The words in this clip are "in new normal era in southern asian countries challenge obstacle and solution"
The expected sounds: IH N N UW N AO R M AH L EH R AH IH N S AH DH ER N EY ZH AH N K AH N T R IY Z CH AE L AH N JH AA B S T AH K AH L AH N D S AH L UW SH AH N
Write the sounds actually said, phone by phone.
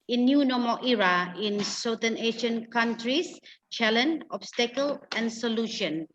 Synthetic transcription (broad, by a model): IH N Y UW N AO M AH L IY R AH IH N S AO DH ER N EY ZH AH N K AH N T R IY S CH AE L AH N AA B S T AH K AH L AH N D S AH L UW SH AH N